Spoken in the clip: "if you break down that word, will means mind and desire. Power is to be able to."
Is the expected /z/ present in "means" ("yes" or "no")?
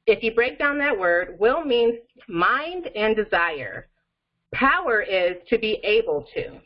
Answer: no